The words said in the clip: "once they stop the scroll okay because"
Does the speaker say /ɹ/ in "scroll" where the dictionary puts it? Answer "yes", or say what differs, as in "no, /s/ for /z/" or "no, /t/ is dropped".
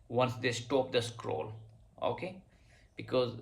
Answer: yes